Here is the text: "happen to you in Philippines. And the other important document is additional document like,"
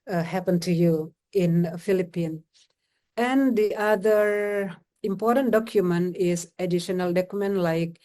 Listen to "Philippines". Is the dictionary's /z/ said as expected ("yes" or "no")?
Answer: no